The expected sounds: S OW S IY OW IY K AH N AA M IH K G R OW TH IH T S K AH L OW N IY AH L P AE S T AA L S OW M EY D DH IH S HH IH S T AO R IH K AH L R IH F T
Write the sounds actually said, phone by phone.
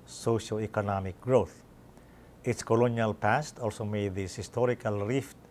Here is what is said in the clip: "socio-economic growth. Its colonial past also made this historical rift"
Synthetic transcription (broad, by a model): S OW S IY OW IY K AH N AA M IH K G R OW TH IH T S K AH L OW N IY AH L P AE S T AA L S OW M EY D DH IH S HH IH S T AO R IH K AH L R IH F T